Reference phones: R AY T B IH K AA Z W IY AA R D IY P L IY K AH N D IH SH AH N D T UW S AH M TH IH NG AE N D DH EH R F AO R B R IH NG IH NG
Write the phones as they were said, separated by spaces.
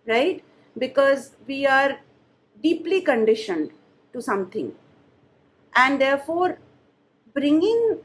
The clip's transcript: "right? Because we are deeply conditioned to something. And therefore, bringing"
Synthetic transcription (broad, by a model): R AY T B IH K AA Z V IY AA R D IY P L IY K AH N D IH SH AH N D T UW S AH M T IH NG AE N D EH R F AO R B R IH NG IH NG